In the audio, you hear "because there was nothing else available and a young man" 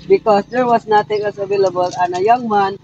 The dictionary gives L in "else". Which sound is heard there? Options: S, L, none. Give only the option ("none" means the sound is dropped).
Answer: none